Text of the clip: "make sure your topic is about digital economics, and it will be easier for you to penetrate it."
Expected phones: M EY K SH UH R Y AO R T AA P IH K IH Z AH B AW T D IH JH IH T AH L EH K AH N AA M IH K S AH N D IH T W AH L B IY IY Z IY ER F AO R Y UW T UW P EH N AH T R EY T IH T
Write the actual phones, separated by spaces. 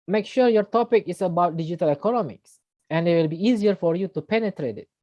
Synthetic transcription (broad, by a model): M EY K SH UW R Y AO R T AA P IH K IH S AH B AW T D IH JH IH T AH L EH K AH N AA M IH K S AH N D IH T W AH L B IY IY Z IY ER F AO R Y UW T UW P EH N AH T R EY T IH T